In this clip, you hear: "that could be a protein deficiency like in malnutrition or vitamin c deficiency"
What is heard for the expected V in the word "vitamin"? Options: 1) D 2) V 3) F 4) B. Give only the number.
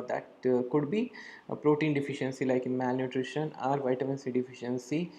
2